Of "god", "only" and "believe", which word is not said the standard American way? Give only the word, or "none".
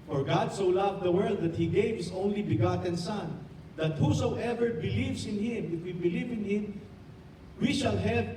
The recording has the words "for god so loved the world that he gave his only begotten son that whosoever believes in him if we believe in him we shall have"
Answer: none